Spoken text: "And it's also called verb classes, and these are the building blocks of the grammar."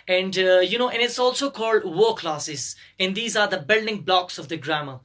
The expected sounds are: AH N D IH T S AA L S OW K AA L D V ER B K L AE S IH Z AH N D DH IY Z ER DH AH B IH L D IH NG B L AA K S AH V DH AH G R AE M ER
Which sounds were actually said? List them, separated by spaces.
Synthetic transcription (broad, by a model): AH N D IH T S AA L S OW K AA L D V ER K L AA S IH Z AH N D IY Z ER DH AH B IH L D IH NG B L AA K S AH V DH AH G R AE M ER